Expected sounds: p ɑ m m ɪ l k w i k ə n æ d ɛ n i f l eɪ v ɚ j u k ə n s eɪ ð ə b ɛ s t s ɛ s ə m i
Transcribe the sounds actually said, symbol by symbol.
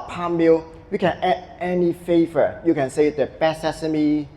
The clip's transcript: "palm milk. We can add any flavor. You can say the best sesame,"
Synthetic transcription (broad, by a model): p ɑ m m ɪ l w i k ə n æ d ɛ n i f eɪ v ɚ j u k ə n s eɪ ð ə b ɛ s s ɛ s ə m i